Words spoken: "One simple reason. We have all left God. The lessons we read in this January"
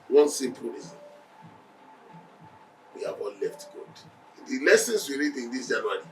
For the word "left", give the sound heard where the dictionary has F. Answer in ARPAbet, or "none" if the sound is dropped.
F